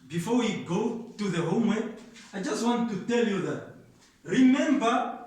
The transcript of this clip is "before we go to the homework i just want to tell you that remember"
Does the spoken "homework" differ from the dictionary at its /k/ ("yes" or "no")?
yes